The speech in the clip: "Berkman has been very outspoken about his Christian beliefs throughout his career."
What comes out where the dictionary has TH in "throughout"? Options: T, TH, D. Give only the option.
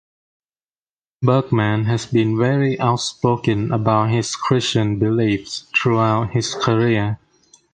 T